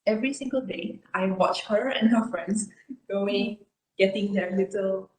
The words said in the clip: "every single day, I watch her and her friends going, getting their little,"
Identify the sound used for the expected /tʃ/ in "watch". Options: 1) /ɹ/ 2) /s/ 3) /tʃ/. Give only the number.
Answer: 3